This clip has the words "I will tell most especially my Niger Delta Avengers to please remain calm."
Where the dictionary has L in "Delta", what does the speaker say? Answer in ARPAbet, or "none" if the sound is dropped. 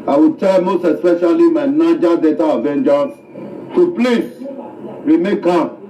none